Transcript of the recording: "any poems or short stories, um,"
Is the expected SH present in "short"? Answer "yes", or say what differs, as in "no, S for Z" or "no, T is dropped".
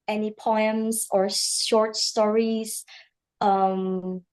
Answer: yes